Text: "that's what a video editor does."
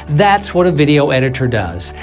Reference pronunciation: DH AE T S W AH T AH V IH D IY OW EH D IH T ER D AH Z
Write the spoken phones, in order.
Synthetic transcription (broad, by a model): DH AE T S W AH T AH V IH D IY OW EH D IH T ER D AH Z